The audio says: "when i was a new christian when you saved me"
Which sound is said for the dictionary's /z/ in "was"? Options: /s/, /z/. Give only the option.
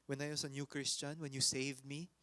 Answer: /s/